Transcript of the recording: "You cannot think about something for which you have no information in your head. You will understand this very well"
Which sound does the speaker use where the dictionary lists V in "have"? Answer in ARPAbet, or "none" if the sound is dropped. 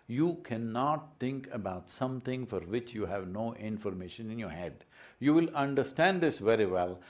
V